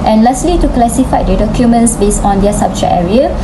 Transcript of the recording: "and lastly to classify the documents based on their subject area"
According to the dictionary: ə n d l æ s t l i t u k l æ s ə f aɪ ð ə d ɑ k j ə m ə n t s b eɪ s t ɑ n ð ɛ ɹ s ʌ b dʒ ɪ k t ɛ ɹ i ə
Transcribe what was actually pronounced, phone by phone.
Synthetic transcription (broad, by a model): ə n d l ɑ s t l i t u k l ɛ s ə f aɪ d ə d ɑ k j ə m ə n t s b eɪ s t ɑ n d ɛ s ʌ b tʃ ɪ t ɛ ɹ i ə